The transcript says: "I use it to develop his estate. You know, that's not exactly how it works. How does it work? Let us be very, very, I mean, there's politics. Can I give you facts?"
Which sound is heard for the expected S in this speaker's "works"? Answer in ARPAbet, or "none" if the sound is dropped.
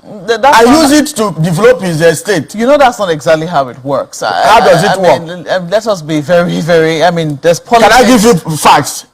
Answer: S